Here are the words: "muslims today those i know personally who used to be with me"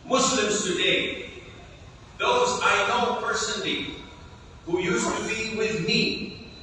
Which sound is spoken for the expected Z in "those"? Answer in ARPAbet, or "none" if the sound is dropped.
Z